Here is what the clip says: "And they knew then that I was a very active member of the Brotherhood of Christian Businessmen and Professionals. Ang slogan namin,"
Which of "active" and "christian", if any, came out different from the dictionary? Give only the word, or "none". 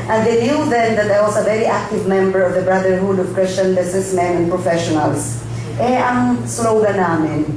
none